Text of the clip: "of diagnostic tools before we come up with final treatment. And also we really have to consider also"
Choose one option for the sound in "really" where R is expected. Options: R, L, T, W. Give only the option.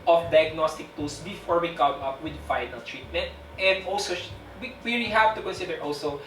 W